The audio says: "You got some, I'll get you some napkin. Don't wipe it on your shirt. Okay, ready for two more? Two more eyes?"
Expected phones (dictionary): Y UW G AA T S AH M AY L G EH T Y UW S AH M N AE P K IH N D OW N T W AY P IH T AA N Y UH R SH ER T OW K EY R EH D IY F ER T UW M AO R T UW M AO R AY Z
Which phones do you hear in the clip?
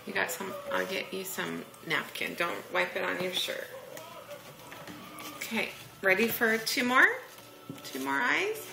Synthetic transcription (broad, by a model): Y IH G AA T S AH M AY L G EH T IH S AH M N AE P K IH N D OW N T W AY P IH T N Y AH R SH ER OW K EY R EH D IY F ER T UW M AO R T UW M AO R AY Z